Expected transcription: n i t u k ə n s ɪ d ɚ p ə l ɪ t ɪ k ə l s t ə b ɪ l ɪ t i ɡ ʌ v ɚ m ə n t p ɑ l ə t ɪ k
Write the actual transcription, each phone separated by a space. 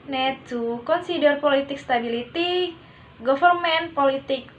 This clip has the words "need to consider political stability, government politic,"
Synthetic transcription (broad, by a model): n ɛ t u k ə n s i d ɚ p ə l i t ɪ k s t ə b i l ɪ t i ɡ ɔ f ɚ m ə n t p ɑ l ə t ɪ k